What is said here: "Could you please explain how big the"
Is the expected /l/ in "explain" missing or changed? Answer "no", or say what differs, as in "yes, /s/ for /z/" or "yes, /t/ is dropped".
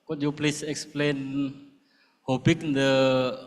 no